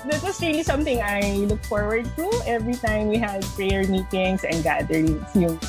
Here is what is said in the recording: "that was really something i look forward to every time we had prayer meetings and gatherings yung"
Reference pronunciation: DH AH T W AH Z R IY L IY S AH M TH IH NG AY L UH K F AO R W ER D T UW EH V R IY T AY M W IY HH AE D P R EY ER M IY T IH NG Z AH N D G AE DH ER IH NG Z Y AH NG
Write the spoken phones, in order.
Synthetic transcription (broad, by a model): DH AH T W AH S R IY L IY S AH M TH IH NG AY L UH K F AO R W ER D T UW EH V R IY T AY M W IY HH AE D P R EY ER M IY T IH NG S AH N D G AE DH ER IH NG S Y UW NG